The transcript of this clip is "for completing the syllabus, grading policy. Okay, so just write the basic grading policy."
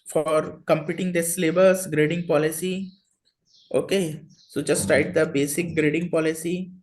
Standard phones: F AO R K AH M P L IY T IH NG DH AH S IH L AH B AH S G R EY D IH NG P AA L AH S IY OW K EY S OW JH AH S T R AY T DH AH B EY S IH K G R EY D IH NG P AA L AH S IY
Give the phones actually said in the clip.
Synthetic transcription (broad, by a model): F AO R K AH M P IY T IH NG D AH S L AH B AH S G R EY D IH NG P AA L AH S IY OW K EY S OW JH AH S T R AY T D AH B EY S IH K G R EY D IH NG P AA L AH S IY